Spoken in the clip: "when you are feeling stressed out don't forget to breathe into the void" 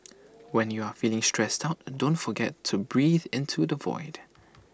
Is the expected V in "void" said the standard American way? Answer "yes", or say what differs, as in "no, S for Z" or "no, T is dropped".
yes